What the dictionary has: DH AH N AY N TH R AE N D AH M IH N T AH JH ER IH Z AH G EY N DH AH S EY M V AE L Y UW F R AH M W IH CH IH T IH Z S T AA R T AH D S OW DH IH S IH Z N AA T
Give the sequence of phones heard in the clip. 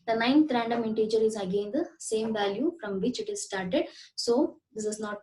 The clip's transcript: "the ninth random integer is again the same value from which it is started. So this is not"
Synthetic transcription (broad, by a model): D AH N AY N R AE N D AH M IH N T AH JH ER IH Z AH G EY N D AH S EY M V AE L Y UW F R AH M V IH CH IH T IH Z S T AA R T AH D S OW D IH S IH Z N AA T